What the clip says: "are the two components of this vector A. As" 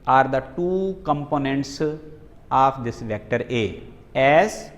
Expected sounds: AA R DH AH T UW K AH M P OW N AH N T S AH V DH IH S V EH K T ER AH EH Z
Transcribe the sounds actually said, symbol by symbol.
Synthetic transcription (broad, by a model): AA R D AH T UW K AH M P OW N AH N T S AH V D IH S V EH K T ER AH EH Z